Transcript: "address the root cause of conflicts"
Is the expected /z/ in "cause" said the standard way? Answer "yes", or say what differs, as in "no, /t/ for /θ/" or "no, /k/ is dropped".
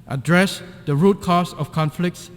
no, /s/ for /z/